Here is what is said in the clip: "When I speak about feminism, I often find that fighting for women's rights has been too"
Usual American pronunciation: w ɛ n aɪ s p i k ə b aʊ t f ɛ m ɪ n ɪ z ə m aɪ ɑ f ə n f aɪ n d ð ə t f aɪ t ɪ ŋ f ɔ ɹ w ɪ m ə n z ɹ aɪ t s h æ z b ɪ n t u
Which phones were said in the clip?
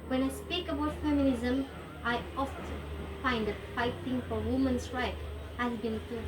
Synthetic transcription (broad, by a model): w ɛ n aɪ s p i k ə b aʊ t f ɛ m ɪ n ɪ z ə m aɪ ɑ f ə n f aɪ n d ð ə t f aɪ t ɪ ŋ f ɔ ɹ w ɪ m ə n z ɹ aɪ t h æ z b ɪ n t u